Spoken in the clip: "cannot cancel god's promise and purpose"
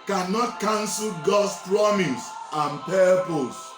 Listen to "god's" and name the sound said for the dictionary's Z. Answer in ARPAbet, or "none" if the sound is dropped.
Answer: S